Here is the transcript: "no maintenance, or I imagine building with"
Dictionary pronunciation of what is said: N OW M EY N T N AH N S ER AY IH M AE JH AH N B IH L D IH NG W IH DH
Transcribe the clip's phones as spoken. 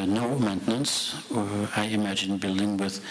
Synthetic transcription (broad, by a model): N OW M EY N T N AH N S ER AY IH M AE JH AH N B IH L D IH NG W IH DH